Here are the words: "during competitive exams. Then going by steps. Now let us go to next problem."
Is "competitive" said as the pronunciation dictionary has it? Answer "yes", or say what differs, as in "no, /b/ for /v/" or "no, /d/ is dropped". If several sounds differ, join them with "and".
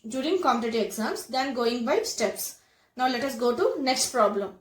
no, /v/ is dropped